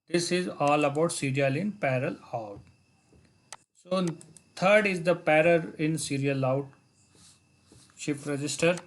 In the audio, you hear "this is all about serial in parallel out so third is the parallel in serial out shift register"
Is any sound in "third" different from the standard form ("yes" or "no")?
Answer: yes